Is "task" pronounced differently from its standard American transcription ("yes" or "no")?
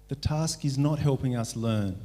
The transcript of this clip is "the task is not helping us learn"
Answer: no